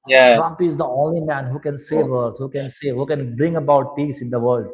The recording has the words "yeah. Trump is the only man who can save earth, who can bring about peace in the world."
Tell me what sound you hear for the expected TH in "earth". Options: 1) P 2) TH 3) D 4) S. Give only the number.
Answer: 4